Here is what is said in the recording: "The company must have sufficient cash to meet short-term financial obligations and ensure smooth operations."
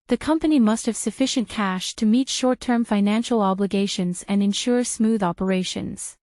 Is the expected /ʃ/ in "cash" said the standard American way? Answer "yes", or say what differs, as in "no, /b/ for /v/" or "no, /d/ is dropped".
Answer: yes